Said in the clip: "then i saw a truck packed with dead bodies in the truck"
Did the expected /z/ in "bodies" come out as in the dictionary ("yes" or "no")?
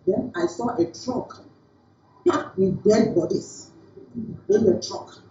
no